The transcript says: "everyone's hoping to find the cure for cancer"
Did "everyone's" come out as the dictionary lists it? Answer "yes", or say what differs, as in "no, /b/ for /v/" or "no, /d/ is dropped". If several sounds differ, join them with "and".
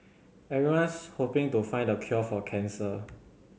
no, /v/ is dropped and /s/ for /z/